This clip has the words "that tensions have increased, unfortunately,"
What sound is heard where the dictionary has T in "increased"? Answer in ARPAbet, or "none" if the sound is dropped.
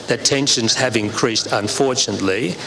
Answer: T